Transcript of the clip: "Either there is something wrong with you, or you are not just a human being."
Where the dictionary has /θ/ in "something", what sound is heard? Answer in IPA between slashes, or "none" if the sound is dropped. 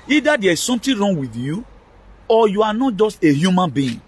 /t/